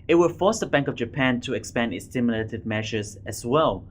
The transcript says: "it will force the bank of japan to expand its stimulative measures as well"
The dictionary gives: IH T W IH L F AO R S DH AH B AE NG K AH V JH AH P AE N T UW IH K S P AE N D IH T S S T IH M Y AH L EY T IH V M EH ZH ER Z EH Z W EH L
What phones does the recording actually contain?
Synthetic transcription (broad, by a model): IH T W IH L F AO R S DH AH B AE NG K AH V JH AH P AE N T UW IH K S P AE N D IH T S S T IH M Y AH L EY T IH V M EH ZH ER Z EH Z W EH L